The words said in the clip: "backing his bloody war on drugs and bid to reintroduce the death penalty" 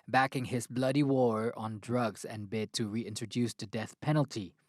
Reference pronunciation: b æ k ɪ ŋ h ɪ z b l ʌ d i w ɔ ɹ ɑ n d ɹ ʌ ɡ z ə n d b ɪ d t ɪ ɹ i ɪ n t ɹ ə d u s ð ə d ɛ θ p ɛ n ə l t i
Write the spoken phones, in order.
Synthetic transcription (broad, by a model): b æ k ɪ ŋ h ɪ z b l ʌ d i w ɔ ɹ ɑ n d ɹ ʌ ɡ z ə n b ɪ d t ɪ ɹ i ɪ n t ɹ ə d u s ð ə d ɛ θ p ɛ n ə l t i